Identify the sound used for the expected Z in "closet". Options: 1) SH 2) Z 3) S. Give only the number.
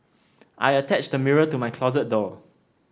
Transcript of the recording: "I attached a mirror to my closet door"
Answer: 2